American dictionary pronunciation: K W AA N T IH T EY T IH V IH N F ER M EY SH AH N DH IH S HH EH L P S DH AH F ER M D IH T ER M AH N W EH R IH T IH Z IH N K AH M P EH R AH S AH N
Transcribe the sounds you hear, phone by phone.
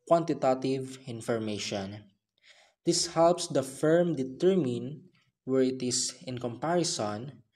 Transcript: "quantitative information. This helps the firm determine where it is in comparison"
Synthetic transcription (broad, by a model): K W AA N T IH T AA T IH V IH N F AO M EY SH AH N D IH S HH EH L P S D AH F ER M D IH T ER M AH N W EH R IH T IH S IH N K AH M P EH R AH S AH N